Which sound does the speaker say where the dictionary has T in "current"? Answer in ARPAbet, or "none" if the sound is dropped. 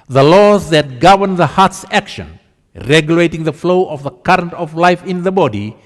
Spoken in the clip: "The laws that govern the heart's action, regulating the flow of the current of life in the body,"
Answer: T